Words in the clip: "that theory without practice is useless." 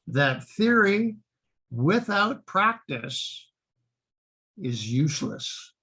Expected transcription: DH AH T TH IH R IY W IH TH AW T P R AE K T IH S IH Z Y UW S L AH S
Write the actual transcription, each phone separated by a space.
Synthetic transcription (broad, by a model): DH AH T TH IH R IY W IH TH AW T P R AE K T IH S IH Z Y UW S L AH S